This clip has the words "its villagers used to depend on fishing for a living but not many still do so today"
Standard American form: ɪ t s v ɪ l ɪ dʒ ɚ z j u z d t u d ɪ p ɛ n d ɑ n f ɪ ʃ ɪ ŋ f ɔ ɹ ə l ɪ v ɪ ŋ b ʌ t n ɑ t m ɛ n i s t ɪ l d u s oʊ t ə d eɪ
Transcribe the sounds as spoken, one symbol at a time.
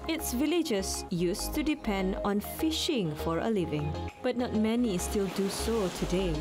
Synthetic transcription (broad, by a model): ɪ t s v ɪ l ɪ dʒ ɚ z j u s t u d ɪ p ɛ n d ɑ n f ɪ ʃ ɪ ŋ f ɔ ɹ ə l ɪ v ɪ ŋ b ʌ t n ɑ t m ɛ n i s t ɪ l d u s oʊ t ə d eɪ